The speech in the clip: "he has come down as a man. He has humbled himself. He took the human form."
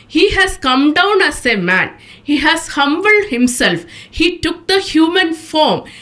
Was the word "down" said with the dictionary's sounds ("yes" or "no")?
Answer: yes